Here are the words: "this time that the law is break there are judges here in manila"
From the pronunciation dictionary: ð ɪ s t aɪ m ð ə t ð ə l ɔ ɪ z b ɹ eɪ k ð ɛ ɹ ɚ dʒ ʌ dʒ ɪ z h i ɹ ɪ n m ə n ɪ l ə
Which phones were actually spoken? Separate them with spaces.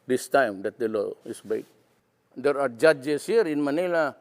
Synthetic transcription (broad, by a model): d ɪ s t aɪ m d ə t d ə l ɔ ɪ s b eɪ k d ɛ ɹ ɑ dʒ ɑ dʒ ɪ s h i ɹ ɪ n m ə n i l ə